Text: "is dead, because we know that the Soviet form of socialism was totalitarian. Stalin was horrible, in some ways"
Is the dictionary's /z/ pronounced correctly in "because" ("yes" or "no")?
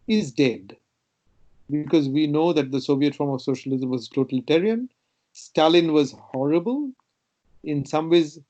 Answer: yes